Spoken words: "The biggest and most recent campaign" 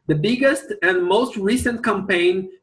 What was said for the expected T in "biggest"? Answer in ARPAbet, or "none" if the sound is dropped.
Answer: T